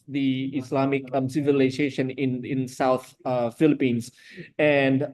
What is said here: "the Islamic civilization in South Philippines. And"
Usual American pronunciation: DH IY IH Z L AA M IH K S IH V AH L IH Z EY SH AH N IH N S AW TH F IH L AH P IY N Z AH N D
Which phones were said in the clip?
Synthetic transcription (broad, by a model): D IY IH S L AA M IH K S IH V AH L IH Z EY SH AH N IH N S AW T F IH L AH P IY N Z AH N D